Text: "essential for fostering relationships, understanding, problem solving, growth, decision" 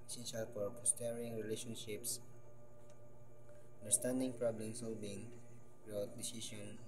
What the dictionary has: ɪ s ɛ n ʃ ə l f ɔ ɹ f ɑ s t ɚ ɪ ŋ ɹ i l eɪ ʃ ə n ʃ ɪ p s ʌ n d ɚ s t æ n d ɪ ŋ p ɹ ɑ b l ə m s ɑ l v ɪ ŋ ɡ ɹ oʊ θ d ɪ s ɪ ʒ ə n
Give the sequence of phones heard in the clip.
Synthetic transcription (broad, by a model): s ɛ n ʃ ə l f ɔ ɹ p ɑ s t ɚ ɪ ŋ ɹ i l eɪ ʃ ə n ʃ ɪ p s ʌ n d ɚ s t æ n d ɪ ŋ p ɹ ɑ b l ə m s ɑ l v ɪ ŋ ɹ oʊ t d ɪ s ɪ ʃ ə n